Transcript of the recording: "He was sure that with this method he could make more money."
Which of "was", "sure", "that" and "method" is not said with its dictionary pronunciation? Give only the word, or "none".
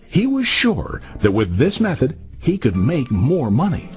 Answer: none